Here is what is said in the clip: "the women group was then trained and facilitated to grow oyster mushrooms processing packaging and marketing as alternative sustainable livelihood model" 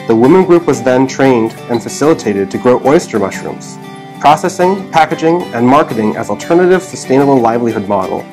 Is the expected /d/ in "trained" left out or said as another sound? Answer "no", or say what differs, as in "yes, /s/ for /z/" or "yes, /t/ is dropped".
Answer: no